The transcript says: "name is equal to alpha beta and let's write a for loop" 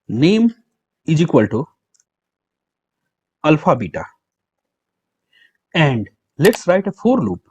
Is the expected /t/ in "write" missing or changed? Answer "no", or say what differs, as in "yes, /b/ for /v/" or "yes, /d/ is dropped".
no